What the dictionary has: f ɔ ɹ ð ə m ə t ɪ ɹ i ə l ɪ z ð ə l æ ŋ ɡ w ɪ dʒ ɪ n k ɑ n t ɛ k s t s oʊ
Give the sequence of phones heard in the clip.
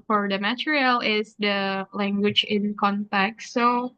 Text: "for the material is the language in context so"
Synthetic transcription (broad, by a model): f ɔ ɹ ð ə m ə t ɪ ɹ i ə l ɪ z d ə l æ ŋ ɡ w ɪ dʒ ɪ n k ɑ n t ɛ k t s oʊ